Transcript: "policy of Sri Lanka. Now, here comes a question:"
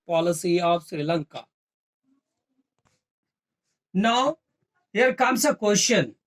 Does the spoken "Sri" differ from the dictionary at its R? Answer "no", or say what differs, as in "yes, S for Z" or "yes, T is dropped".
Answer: no